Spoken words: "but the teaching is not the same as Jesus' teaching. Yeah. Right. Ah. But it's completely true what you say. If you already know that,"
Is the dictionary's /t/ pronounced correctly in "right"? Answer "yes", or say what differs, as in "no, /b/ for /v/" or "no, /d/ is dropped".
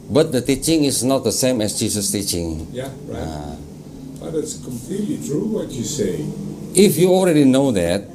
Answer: no, /t/ is dropped